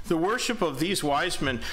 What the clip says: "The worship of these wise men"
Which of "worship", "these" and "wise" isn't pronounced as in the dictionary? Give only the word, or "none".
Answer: none